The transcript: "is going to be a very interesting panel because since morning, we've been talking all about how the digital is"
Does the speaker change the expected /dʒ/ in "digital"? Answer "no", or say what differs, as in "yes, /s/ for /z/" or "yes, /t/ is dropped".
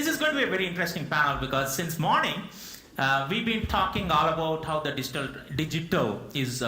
no